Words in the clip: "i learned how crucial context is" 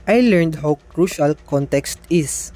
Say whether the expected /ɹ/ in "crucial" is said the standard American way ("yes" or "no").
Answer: yes